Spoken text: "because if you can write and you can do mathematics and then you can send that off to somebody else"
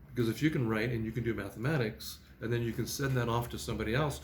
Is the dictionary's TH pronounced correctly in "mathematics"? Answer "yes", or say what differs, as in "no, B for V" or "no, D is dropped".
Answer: yes